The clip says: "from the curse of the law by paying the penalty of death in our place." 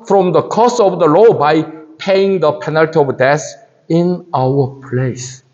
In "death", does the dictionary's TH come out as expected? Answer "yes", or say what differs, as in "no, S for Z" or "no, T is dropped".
no, S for TH